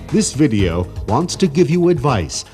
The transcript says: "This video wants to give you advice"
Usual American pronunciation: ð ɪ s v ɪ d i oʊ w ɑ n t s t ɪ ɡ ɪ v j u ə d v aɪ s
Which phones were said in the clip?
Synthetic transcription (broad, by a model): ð ɪ s v ɪ d i oʊ w ɑ n t s t ɪ ɡ ɪ v j u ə d v aɪ s